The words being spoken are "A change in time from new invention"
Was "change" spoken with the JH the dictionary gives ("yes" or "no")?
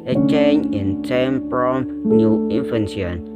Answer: no